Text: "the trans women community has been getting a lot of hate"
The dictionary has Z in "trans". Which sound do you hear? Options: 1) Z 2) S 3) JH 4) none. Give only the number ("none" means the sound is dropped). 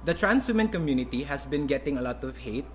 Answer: 2